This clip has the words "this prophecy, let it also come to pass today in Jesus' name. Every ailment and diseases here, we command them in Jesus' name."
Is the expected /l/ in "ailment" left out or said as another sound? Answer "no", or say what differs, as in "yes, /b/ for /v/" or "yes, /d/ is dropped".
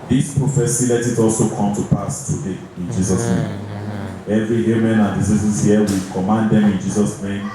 yes, /l/ is dropped